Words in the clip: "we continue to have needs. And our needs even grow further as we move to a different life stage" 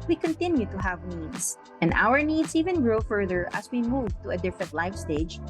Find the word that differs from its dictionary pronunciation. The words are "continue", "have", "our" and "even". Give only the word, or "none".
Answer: none